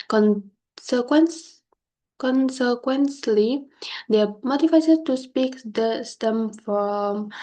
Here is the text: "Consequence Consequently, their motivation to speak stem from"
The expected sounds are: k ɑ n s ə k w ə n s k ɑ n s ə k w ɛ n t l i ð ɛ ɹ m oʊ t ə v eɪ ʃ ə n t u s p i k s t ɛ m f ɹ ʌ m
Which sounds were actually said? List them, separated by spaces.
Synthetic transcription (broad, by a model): k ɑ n s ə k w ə n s k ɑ n s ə k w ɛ n s l i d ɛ m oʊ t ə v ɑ s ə t u s p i k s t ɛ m f ɹ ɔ m